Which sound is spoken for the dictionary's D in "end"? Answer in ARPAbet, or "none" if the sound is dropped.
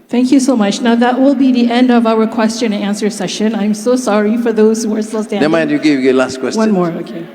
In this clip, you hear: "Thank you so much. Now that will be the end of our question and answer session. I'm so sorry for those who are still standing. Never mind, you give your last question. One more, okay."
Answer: D